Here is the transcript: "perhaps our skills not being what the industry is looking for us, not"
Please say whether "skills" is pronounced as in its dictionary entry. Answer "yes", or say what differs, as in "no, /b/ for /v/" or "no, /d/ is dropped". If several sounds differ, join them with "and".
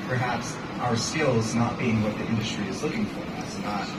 yes